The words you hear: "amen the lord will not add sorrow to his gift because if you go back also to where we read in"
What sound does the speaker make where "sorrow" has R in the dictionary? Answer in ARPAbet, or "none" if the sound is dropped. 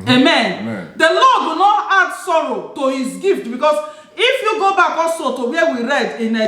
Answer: R